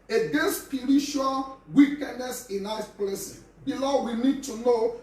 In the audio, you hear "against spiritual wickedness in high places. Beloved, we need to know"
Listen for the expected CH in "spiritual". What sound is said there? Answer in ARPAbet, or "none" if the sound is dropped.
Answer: SH